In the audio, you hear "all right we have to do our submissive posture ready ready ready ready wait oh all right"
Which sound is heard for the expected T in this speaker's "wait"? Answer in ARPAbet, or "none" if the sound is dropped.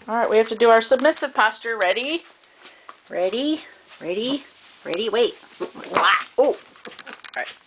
T